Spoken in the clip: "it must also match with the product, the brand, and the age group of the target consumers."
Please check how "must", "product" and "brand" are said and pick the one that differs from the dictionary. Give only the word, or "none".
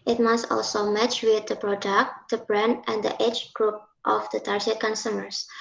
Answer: brand